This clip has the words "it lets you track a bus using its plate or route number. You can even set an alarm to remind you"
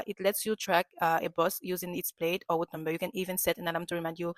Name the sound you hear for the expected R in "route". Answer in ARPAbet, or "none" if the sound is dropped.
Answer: W